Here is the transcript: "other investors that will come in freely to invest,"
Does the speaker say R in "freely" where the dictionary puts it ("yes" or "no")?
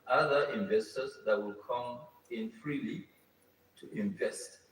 yes